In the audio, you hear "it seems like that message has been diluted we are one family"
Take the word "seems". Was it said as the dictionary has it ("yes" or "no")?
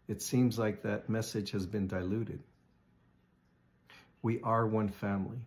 yes